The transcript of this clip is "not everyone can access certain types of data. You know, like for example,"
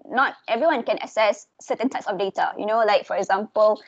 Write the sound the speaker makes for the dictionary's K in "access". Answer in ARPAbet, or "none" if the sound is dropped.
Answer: none